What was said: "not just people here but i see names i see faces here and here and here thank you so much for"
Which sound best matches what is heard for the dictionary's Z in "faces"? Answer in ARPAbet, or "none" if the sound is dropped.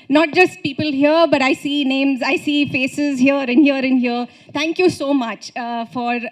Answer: Z